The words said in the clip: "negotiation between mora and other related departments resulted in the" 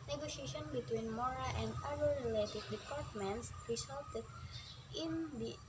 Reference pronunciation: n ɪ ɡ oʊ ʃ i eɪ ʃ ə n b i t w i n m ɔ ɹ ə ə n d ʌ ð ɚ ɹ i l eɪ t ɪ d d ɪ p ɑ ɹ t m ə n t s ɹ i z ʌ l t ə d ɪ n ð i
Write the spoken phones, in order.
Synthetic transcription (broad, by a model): n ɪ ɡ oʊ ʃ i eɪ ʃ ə n b i t w i n m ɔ ɹ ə ə n d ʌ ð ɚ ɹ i l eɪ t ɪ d d ɪ p ɑ ɹ t m ə n t s ɹ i s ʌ l t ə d ɪ n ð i